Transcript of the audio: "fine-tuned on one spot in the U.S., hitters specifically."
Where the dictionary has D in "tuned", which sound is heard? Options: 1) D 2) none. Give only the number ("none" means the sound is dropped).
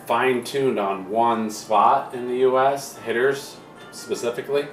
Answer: 1